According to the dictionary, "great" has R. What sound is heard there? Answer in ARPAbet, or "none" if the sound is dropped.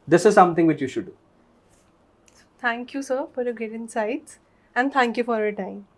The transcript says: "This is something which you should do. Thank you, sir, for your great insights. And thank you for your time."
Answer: none